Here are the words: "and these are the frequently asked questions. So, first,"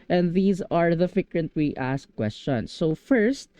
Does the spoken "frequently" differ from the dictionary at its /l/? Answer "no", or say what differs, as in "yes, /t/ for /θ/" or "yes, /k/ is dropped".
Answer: yes, /w/ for /l/